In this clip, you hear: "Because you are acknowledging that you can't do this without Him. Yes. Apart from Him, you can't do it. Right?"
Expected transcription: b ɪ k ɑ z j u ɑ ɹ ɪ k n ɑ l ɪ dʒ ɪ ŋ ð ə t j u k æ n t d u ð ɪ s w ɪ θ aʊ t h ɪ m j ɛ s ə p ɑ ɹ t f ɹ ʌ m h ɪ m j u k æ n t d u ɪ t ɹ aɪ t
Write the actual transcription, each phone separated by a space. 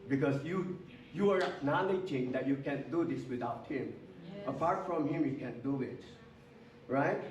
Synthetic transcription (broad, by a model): b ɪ k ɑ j j u ɑ ɹ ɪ n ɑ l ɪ dʒ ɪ ŋ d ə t j u k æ n d u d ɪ s w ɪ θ aʊ t h ɪ m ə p ɑ ɹ f ɹ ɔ m h ɪ m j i k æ n d u ɪ t ɹ aɪ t